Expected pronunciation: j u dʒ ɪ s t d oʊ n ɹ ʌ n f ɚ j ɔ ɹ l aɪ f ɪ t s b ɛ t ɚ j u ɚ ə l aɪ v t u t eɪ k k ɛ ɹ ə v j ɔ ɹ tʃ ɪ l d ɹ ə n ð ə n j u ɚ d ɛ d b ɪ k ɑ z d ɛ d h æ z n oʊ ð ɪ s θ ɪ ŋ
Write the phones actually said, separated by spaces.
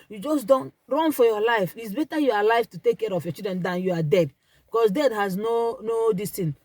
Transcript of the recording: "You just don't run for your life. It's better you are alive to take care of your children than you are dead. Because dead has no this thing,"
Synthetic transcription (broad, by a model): j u dʒ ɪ s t d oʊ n ɹ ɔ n f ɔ j ɔ l aɪ f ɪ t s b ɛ t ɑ j u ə l aɪ f t u t eɪ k k ɛ ɹ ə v j ɔ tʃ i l d ɹ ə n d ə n j u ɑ d ɛ d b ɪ k ɑ s d ɛ d h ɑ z n oʊ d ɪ s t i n